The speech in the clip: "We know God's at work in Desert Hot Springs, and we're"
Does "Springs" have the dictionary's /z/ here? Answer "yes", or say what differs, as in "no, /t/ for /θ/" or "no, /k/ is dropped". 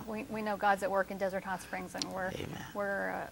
yes